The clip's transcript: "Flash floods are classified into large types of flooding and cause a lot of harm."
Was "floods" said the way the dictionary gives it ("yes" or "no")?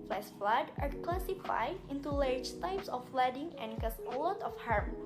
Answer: no